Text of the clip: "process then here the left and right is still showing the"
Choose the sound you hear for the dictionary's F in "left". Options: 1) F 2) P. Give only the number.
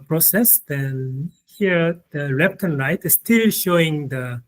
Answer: 2